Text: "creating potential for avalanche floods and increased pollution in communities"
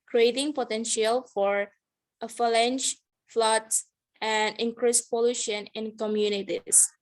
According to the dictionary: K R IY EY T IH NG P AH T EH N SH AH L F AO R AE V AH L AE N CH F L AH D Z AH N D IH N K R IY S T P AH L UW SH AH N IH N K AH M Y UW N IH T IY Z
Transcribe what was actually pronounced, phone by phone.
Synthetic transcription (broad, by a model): K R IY EY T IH NG P AH T EH N SH AH L F AO R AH F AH L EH N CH F L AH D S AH N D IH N K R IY S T P AH L UW SH AH N IH N K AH M Y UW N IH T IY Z